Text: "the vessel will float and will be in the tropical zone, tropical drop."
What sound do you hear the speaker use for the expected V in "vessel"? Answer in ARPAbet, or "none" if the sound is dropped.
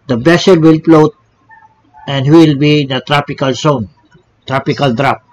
B